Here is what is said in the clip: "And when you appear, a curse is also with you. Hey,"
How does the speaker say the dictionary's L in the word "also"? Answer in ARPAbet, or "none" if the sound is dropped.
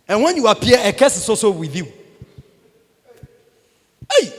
none